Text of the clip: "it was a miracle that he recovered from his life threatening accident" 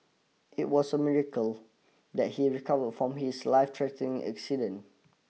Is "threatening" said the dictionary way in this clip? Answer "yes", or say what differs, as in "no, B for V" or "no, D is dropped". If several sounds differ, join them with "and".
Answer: no, T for TH and N is dropped